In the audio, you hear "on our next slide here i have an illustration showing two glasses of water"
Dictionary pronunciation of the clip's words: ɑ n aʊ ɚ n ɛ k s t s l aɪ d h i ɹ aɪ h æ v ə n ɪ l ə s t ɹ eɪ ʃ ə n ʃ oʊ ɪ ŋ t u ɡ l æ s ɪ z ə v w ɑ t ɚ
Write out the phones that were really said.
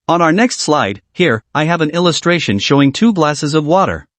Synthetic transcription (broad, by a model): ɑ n aʊ ɚ n ɛ k s t s l aɪ d h i ɹ aɪ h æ v ə n ɪ l ə s t ɹ eɪ ʃ ə n ʃ oʊ ɪ ŋ t u ɡ l æ s ɪ z ə v w ɑ t ɚ